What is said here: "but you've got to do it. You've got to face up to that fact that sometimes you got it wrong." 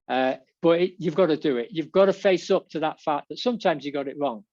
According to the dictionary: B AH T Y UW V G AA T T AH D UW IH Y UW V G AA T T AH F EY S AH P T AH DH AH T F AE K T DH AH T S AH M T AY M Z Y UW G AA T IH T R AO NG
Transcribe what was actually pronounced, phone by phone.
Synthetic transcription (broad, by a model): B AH T Y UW V G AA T T AH D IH IH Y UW V G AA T T AH F EY S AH P T AH DH AH T F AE K DH AH T S AH M T AY M Z Y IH G AA T IH T R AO NG